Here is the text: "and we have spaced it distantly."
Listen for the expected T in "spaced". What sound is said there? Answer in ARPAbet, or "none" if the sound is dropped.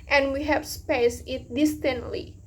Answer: none